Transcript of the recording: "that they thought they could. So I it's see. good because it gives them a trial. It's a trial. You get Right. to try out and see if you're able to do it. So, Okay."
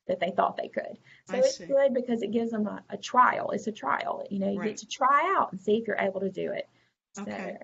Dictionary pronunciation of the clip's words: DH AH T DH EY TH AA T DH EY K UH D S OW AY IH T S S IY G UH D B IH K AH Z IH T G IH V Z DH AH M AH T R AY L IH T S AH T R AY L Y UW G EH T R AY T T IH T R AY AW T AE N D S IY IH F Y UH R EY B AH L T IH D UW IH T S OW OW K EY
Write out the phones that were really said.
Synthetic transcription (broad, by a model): DH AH T DH EY TH AA T DH EY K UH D S OW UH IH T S S G UH D B IH K AH Z IH T G IH V Z DH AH M AH T R AY L IH T S AH T R AY L Y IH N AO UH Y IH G T IH T R AY AW T N S IY IH F Y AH R EY B L T IH D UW IH T S OW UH